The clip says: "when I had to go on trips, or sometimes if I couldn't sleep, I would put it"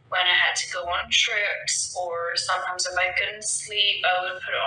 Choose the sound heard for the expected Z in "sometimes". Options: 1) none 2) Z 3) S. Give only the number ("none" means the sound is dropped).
2